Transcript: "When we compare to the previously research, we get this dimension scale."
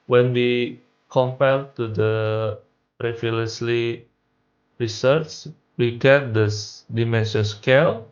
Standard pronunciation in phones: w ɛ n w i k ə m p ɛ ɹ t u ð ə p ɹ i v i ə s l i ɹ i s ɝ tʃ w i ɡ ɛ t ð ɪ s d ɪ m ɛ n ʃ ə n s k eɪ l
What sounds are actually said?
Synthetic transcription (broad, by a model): w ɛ n w i k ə m p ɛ l t u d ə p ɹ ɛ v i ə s l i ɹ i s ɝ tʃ w i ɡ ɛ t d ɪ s d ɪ m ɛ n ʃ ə s k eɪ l